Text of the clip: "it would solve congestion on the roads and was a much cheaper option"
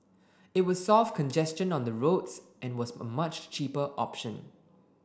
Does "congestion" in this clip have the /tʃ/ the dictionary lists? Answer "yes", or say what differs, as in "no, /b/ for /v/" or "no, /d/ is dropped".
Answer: yes